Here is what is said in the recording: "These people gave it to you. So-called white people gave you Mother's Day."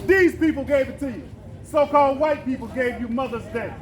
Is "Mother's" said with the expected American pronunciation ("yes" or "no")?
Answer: yes